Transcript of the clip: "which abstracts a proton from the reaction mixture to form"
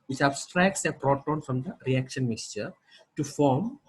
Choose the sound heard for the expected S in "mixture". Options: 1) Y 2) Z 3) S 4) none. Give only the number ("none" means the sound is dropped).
3